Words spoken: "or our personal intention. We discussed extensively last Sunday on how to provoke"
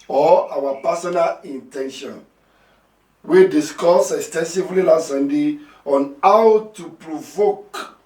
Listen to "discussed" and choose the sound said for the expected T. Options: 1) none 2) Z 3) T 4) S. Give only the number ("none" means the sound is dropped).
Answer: 1